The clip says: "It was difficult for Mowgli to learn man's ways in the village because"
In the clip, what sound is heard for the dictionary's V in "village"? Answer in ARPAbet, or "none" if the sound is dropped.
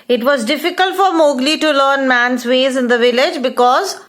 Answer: V